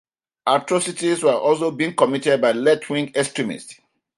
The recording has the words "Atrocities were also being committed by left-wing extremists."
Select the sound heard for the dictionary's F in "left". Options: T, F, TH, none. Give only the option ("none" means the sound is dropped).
none